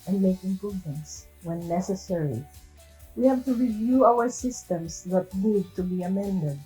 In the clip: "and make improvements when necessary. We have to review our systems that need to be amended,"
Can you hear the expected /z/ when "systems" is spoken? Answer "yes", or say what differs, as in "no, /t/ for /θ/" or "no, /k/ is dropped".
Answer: no, /s/ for /z/